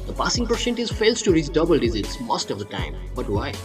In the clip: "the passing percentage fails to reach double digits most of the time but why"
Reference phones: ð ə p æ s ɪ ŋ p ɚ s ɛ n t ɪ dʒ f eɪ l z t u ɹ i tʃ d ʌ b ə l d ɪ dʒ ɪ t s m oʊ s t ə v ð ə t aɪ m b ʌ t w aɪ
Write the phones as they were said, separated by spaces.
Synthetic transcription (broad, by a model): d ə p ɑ s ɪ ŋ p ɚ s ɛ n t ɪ z f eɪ l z t u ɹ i s d ʌ b ə l d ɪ z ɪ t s m oʊ s t ə v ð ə t aɪ m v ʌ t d aɪ